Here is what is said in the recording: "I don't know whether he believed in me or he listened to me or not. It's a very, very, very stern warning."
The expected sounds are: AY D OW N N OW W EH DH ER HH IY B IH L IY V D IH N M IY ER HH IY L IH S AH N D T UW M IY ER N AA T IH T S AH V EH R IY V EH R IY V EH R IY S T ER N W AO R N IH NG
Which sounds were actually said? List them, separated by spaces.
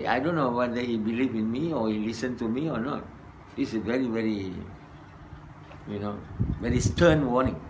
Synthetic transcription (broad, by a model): AY D OW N N OW W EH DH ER HH IY B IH L IY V IH N M IY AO HH IY L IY S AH N T UW M IY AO N AA T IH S AH V EH R IY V EH R IY V EH R IY S T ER N W AO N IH NG